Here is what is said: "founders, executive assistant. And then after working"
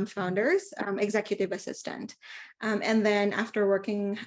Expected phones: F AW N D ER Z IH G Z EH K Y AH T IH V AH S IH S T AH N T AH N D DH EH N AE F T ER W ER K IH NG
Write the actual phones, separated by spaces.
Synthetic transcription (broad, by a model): F AW N D ER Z IH G Z EH K Y AH T IH V AH S IH S T AH N T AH N DH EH N AE F T ER W ER K IH NG